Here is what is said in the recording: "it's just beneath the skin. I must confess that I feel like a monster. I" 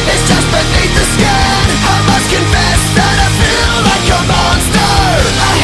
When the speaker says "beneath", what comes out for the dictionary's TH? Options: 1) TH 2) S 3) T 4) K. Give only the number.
3